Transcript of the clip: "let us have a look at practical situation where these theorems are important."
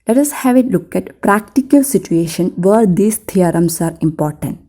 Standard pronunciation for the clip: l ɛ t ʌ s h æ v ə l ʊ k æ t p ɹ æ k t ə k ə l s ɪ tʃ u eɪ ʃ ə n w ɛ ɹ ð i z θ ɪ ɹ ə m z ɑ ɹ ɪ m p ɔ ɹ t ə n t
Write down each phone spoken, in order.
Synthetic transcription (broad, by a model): l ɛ t ʌ s h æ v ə l ʊ k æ t p ɹ æ k t ə k ə l s ɪ tʃ u eɪ ʃ ə n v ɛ ɹ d i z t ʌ ɹ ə m s ɑ ɹ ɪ m p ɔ ɹ t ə n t